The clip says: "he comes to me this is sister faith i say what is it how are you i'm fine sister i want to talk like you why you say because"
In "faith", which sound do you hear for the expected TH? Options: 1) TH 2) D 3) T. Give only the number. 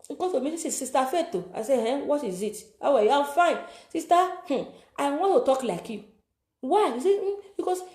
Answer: 3